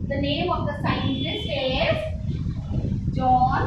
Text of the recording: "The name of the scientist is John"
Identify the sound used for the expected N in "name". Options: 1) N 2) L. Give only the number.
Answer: 1